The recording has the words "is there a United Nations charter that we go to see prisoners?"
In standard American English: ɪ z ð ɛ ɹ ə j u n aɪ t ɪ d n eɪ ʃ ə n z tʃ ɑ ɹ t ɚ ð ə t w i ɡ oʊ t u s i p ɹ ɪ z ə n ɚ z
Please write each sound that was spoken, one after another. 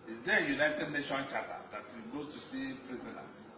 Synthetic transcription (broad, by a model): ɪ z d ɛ j u n aɪ t ɪ d n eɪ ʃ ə n tʃ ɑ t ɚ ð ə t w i ɡ oʊ t u s i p ɹ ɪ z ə n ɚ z